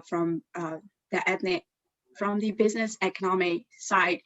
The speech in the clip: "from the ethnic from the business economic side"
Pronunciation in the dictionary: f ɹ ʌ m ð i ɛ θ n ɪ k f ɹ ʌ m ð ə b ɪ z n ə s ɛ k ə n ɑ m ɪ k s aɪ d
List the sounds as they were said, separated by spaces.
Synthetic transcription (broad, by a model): f ɹ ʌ m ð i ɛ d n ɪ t f ɹ ʌ m ð ə b ɪ z n ə s ɛ k ə n ɑ m ɪ k s aɪ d